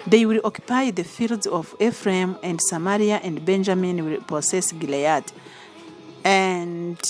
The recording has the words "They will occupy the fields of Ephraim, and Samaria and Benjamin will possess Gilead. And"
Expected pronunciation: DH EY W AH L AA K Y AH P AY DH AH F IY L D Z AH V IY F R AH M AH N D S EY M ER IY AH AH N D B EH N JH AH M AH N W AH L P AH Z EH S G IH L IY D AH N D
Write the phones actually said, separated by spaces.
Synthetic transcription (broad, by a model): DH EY W AH L AA K Y AH P AY DH AH F IY L D Z AH V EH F R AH M AH N D S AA M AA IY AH AH N D B EH N JH AH M AH N W AH L P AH S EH S G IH L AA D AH N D